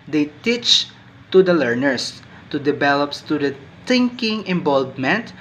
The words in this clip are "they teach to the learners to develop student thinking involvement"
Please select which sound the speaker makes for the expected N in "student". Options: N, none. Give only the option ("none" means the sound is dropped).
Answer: none